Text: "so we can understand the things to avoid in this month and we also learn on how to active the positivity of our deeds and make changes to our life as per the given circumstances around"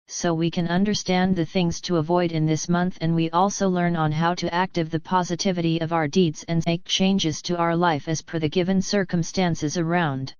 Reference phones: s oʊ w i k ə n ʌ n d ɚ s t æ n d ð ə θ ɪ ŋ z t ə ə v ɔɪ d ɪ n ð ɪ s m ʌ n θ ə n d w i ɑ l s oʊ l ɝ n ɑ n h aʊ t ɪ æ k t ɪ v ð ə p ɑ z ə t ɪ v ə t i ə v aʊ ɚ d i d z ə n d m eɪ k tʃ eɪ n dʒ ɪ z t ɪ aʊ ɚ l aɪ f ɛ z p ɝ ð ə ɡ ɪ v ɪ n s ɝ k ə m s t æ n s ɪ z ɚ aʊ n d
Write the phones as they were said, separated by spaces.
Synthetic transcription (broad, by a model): s oʊ w i k ə n ʌ n d ɚ s t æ n ð ə θ ɪ ŋ z t ə ə v ɔɪ d ɪ n ð ɪ s m ʌ n θ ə n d w i ɑ l s oʊ l ɝ n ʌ n h aʊ t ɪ æ k t ɪ v ð ə p ɑ z ə t ɪ v ə t i ə v aʊ ɚ d i d z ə n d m eɪ k tʃ eɪ n dʒ ɪ z t ɪ aʊ ɚ l aɪ f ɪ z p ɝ ð ə ɡ ɪ v ɪ n s ɝ k ə m s t æ n s ɪ z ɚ aʊ n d